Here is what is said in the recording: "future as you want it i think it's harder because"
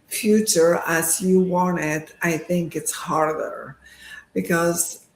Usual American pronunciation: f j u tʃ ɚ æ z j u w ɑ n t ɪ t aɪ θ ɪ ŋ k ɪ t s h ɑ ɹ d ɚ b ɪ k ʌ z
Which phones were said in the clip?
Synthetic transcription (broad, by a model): f j u tʃ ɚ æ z j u w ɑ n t ɪ t aɪ θ ɪ ŋ k ɪ t s h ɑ ɹ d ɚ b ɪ k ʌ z